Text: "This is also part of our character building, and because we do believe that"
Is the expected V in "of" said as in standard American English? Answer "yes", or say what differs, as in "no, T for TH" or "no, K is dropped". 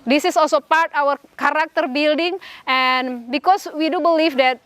no, W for V